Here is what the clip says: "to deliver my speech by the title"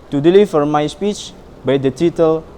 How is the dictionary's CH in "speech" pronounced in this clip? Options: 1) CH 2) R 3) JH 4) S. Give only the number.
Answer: 1